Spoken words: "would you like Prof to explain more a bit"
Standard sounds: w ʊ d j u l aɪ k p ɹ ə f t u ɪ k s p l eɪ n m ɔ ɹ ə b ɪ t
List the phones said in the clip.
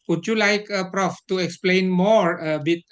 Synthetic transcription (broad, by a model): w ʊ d j u l aɪ k p ɹ ə f t u ɪ k s p l eɪ n m ɔ ɹ ə b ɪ t